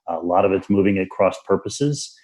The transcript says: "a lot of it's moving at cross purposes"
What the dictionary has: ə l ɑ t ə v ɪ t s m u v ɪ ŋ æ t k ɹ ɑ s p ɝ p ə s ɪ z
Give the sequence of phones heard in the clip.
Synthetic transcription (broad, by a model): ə l ɑ t ə v ɪ t s m u v ɪ ŋ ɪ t k ɹ ɑ s p ɝ p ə s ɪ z